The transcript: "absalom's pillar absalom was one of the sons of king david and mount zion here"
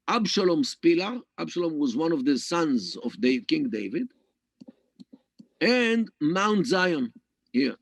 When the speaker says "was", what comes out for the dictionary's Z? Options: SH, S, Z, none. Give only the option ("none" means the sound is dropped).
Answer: Z